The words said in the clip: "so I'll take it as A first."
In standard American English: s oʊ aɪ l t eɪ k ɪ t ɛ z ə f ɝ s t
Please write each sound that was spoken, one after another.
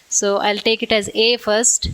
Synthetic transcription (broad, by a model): s oʊ aɪ l t eɪ k ɪ t ɛ z ə f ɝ s t